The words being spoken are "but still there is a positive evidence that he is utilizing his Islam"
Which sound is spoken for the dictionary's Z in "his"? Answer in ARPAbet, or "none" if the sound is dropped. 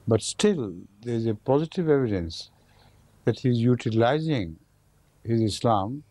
Z